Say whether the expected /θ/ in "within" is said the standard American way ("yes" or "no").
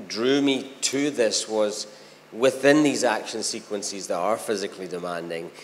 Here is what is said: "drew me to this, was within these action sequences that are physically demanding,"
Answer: yes